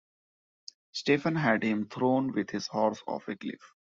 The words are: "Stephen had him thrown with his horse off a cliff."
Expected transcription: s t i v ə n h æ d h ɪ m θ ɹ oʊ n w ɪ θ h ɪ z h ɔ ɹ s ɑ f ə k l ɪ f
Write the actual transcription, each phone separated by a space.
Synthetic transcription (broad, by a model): s t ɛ f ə n h æ d h ɪ m t ɹ oʊ n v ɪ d h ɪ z h ɔ ɹ s ɑ f ə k l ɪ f